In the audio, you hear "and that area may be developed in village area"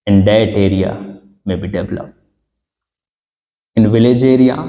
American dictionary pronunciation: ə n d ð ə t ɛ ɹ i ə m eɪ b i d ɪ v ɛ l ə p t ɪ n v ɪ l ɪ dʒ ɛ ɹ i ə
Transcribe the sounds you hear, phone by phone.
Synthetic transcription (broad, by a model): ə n d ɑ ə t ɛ ɹ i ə m eɪ b i d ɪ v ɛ l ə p ɪ n v ɪ l ɪ dʒ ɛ ɹ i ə